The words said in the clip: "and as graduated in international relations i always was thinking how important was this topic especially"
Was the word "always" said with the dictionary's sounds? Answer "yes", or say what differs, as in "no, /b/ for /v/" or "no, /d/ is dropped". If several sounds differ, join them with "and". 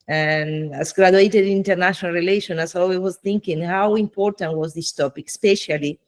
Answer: no, /z/ is dropped